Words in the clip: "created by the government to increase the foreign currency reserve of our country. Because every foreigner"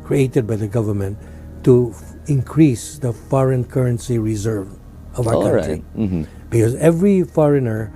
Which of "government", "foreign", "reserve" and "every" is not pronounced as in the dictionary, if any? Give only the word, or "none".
none